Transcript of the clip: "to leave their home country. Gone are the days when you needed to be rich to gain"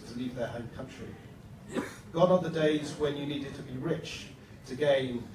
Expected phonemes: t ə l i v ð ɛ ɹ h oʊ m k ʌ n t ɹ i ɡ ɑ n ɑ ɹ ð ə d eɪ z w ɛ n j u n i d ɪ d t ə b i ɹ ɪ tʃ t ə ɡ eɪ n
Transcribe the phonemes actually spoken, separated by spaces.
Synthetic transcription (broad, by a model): t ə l i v ð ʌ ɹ h oʊ m k ʌ n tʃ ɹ i ɡ ɑ n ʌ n ð ə d eɪ z w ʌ n j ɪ n i d ɪ d t ə b i ɹ ɪ tʃ t ə ɡ eɪ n